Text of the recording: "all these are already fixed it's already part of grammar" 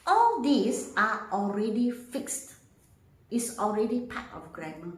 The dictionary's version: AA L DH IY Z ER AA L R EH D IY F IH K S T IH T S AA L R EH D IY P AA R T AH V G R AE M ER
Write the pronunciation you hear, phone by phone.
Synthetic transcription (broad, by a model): AA L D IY S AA AA L R EH D IY F IH K S T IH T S AA L R EH D IY P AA T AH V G R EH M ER